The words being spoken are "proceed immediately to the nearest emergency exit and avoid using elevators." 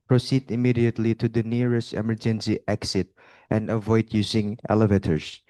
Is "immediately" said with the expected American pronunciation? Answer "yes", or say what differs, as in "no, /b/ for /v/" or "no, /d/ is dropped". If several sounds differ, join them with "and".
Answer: yes